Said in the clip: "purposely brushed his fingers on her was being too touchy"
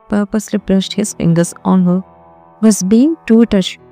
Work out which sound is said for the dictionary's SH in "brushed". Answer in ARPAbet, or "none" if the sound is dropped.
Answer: S